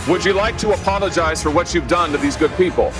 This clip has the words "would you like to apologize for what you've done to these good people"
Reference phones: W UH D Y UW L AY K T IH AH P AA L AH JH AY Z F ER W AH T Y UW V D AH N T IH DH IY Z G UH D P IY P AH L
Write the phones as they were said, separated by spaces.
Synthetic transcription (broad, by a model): W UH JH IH L AY K T IH AH P AA L AH JH AY Z F ER W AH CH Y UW V D AH N T IH DH IY Z G UH D P IY P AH L